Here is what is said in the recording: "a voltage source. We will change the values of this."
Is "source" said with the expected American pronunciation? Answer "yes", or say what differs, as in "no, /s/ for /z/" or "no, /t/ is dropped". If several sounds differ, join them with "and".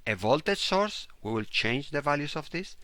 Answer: yes